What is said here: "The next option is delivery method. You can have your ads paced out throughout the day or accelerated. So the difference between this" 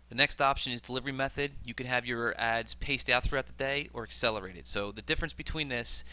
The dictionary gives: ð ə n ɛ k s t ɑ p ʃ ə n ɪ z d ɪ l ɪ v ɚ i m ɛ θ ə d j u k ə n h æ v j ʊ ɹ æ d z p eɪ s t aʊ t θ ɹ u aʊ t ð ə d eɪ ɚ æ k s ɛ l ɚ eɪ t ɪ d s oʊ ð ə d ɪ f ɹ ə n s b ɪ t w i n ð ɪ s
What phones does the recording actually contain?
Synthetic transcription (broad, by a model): ð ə n ɛ k s t ɑ p ʃ ə n ɪ z d ɪ l ɪ v ɚ i m ɛ θ ə d j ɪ k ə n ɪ v j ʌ ɹ æ d z p eɪ s t aʊ t θ ɹ u aʊ t ð ə d eɪ ɚ æ k s ɛ l ɚ eɪ t ɪ d s oʊ ð ə d ɪ f ɹ ə n s b ɪ t w i n ð ɪ s